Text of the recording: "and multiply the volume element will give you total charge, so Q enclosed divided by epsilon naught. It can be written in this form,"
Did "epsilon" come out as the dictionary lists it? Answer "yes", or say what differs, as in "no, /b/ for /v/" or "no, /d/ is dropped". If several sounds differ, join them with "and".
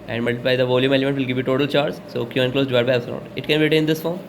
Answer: no, /l/ is dropped